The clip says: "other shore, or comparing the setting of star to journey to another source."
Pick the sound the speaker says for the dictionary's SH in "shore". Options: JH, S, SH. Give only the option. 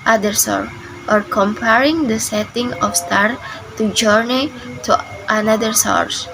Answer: S